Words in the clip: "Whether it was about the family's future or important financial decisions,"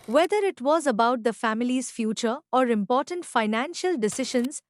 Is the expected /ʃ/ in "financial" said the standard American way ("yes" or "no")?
yes